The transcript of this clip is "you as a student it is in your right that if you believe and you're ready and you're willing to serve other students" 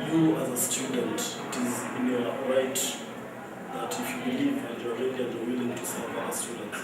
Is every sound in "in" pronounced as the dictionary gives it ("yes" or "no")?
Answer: yes